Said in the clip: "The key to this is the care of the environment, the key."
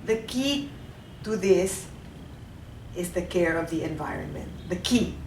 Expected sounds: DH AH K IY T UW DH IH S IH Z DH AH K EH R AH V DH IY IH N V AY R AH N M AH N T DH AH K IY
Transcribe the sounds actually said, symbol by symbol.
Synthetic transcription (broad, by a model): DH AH K IY T UW DH IH S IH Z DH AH K EH R AH V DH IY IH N V AY R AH N M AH N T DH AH K IY